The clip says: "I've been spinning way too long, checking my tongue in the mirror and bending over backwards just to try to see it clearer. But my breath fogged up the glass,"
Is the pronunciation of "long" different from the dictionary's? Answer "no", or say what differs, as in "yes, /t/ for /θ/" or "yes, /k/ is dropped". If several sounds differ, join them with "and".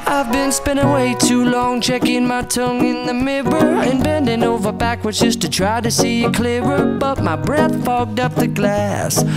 no